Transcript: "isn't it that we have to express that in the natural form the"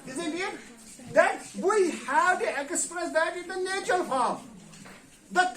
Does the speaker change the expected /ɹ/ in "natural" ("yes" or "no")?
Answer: yes